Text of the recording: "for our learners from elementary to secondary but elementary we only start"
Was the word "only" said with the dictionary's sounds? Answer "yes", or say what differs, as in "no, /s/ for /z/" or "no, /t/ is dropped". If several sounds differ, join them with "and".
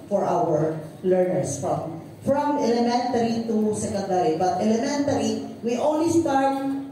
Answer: no, /w/ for /l/